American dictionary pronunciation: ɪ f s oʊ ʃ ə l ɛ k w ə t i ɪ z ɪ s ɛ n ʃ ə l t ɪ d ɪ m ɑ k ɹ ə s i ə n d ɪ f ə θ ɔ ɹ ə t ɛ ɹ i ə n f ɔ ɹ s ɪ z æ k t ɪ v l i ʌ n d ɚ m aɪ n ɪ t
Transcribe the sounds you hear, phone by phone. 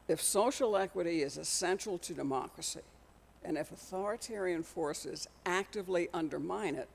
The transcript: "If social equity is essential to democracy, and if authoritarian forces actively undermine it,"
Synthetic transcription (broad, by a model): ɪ f s oʊ ʃ l ɛ k w ə t i ɪ z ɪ s ɛ n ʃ l t ɪ d ɪ m ɑ k ɹ ə s i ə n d ɪ f ə θ ɔ ɹ ə t ɛ ɹ i ə n f ɔ ɹ s ɪ z æ k t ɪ v l i ʌ n d ɚ m aɪ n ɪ t